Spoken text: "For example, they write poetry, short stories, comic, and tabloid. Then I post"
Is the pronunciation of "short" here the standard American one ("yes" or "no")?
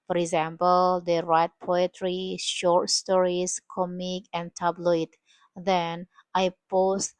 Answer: yes